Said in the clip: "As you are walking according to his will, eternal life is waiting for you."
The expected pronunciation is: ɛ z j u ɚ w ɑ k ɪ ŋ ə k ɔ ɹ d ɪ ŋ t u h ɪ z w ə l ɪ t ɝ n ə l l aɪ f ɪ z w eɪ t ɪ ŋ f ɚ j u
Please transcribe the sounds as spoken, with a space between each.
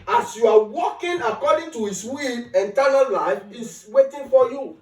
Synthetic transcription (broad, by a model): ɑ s j u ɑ w ɑ k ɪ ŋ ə k ɔ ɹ d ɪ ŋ t u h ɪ s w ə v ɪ t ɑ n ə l l aɪ f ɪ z w eɪ t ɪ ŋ f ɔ j u